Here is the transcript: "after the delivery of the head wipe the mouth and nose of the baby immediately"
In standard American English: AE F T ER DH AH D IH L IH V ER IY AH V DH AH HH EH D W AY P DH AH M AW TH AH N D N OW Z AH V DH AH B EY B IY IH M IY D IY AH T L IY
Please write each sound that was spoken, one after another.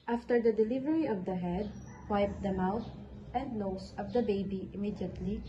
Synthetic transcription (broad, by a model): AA F T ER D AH D IH L IH V ER IY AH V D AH HH EH D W AY P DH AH M AW T AH N D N OW S AH V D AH B EY B IY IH M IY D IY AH T L IY